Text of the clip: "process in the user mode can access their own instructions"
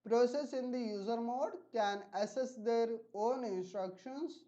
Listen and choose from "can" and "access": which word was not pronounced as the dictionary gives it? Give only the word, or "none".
access